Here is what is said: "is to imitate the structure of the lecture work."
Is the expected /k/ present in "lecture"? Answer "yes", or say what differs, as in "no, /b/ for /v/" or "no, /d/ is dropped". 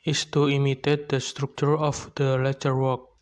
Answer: no, /k/ is dropped